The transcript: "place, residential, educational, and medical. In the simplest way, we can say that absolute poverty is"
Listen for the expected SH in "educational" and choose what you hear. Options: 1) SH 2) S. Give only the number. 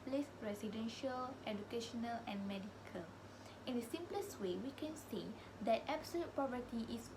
1